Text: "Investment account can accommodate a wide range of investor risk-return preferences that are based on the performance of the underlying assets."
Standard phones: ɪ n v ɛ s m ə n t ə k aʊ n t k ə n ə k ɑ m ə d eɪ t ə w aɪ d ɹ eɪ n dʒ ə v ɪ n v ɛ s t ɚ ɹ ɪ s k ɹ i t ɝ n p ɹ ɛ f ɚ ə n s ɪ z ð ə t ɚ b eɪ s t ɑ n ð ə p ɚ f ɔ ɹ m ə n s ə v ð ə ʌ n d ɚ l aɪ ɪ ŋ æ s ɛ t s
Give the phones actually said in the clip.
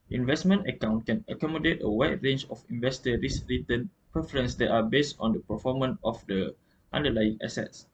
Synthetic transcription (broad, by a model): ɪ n v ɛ s m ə n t ə k aʊ n t k ə n ə k ɑ m ə d eɪ t ə w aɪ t ɹ eɪ n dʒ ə f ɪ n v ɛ s t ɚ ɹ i s ɹ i t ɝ n p ɹ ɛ f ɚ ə n s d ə t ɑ b eɪ s t ɑ n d ə p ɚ f ɔ m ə n ə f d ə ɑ n d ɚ l aɪ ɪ ŋ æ s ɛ t s